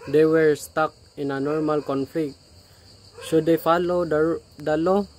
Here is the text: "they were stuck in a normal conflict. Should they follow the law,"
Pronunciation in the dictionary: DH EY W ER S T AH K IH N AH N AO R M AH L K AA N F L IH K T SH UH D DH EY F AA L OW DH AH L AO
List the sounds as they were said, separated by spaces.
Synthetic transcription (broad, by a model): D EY W ER S T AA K IH N AH N AO R M AH L K AA N F L IH K T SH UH D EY F AA L OW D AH L AO